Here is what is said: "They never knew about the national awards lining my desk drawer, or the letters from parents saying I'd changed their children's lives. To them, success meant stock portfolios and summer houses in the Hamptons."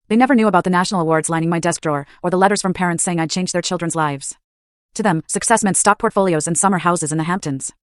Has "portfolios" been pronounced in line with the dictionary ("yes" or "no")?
yes